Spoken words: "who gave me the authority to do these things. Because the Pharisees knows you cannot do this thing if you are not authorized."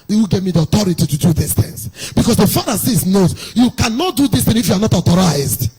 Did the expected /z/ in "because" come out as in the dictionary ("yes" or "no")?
no